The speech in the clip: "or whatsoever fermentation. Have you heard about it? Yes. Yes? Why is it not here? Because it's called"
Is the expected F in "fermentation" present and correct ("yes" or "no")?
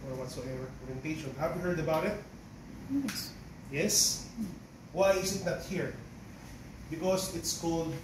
no